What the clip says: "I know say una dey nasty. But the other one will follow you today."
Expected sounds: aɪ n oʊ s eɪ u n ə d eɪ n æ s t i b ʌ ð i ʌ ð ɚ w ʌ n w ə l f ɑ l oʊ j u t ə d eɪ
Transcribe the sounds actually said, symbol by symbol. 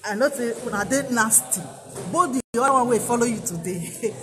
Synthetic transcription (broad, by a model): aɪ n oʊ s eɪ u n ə d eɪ n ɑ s t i b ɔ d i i ɑ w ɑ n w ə f ɑ l oʊ j u t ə d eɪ